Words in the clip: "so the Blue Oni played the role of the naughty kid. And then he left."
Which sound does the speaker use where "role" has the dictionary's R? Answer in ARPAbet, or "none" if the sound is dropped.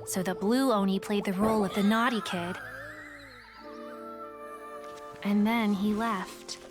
R